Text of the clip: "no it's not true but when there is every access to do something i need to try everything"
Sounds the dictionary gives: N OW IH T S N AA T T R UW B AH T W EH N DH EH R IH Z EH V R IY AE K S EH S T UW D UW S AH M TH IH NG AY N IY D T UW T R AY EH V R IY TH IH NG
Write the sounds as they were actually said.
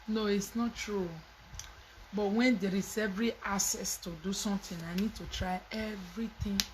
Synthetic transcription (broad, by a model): N OW IH T S N AA T T R UW B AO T W EH N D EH R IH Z EH V R IY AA S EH S T UW D UW S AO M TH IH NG AY N IY D T UW T R AY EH V R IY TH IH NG